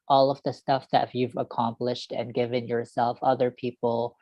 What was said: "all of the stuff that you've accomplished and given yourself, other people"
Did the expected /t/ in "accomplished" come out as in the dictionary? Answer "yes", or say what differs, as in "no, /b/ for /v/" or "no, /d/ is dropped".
yes